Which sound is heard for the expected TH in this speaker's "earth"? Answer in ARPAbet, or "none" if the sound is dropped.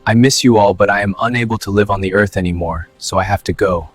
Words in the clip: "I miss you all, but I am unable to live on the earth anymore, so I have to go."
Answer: TH